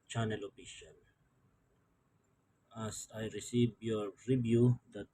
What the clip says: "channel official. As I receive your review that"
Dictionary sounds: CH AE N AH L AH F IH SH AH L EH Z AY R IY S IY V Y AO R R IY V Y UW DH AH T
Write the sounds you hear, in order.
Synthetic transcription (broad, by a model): CH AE N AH L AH P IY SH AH N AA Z AY R IY S IY V Y AO R R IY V Y UW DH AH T